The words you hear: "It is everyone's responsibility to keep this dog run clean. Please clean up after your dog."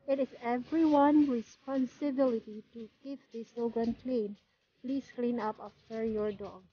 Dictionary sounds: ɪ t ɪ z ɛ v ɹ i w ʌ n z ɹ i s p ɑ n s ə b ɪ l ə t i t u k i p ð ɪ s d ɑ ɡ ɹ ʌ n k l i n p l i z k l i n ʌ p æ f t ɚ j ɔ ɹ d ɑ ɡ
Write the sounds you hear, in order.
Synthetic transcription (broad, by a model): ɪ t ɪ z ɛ v ɹ i w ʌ n ɹ i s p ɑ n s ə b ɪ l ə t i t u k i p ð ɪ s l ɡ ɹ ʌ n k l i n p l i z k l i n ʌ p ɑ f t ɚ j ɔ ɹ d ɑ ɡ